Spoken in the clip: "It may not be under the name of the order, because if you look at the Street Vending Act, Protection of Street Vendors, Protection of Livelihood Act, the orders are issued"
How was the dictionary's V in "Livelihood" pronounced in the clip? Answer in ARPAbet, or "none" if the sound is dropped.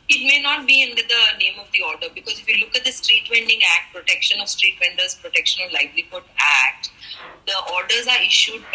B